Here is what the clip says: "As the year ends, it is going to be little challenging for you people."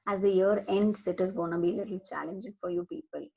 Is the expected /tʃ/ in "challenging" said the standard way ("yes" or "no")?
yes